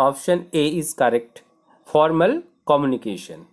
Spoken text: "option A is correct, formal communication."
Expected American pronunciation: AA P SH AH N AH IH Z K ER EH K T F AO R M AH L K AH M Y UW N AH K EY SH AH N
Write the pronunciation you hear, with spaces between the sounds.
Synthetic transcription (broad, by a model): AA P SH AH N AH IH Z K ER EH K T F AO R M AH L K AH M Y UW N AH K EY SH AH N